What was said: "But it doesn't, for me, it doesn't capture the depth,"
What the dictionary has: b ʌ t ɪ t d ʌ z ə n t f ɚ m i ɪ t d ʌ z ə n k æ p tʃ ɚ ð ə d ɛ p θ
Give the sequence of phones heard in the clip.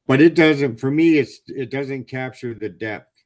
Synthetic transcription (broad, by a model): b ʌ t ɪ t d ʌ z ə n t f ɚ m i ɪ t d ʌ z ə n k æ p tʃ ɚ ð ə d ɛ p θ